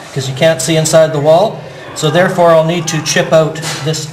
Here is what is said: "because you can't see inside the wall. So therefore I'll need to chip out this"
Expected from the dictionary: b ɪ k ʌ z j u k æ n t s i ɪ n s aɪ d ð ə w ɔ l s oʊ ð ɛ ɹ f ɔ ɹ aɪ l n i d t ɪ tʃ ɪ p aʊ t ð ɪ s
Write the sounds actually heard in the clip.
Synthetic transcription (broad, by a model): k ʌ z j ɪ k æ n t s i ɪ n s aɪ d ð ə w ɔ l s oʊ ð ɛ ɹ f ɔ ɹ aɪ l n i d t ɪ tʃ ɪ p aʊ t ð ɪ s